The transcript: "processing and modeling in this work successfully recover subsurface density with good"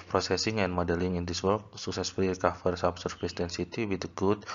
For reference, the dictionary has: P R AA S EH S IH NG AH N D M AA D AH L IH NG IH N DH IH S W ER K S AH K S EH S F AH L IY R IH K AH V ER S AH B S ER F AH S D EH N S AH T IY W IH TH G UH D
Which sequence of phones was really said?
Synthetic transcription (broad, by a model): P R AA S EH S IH NG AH N M AA D AH L IH NG IH N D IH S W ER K S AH K S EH S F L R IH K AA F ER S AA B S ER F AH S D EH N S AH T IY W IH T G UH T